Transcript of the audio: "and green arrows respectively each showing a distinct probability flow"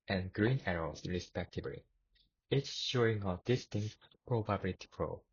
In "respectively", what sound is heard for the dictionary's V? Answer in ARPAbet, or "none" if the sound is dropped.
B